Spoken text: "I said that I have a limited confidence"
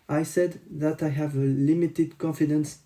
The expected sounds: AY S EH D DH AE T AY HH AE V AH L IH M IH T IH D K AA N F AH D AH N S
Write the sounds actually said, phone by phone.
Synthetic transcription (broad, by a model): AY S EH D DH AE T AY HH AE V AH L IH M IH T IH D K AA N F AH D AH N S